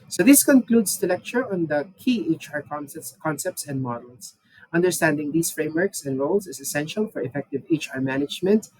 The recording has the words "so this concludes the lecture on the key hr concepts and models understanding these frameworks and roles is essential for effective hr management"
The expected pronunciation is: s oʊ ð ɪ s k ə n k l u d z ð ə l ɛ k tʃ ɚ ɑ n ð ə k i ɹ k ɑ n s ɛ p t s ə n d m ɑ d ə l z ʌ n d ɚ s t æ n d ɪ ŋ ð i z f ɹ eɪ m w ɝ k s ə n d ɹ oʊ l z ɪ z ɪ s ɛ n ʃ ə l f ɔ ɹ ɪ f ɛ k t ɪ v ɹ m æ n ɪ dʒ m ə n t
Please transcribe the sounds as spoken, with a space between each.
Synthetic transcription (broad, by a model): s oʊ ð ɪ s k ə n k l u d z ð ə l ɛ k tʃ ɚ ɑ n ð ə k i ɹ k ɑ n s ɛ p t s ə n d m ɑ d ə l s ʌ n d ɚ s t æ n d ɪ ŋ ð i s f ɹ eɪ m w ɝ k s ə n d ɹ oʊ l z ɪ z ɪ s ɛ n ʃ ə l f ɔ ɹ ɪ f ɛ k t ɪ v ɹ m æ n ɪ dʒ m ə n t